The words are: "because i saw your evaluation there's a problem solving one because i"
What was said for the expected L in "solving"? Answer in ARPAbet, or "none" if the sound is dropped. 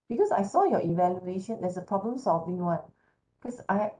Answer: L